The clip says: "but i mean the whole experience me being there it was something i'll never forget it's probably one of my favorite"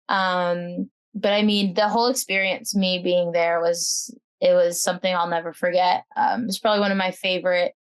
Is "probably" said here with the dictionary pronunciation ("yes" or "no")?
yes